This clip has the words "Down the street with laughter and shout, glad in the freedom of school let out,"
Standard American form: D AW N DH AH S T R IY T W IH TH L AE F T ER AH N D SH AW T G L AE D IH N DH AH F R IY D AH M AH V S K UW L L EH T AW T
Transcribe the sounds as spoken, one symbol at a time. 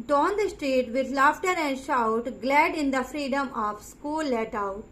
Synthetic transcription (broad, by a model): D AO N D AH S T R IY T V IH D L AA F T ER AH N D SH AW T G L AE D IH N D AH F R IY D AH M AH V S K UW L L EH T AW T